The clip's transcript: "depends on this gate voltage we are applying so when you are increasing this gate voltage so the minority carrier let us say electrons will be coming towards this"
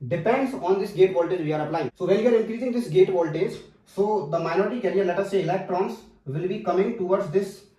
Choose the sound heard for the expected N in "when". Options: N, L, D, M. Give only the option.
L